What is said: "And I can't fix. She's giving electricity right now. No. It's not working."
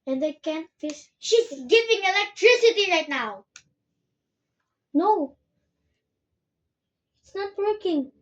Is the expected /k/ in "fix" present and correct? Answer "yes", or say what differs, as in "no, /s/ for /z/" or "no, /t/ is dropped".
no, /k/ is dropped